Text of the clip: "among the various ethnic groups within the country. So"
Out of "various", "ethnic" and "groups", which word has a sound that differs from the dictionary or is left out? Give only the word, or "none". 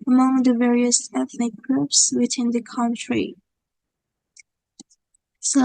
none